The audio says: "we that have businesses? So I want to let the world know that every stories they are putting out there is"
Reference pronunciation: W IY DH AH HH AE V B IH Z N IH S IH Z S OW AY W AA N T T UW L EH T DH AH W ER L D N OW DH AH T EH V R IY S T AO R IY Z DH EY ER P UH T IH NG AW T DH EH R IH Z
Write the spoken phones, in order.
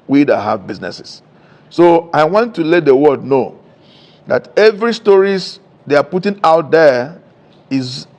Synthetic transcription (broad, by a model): W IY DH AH HH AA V B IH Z N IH S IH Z S OW AY W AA N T T UW L EH T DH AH W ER D N OW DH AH T EH V R IY S T AO R IY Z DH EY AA P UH T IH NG AW T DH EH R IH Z